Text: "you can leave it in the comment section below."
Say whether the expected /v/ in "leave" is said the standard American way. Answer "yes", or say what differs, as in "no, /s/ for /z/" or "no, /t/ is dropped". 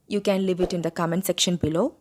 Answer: yes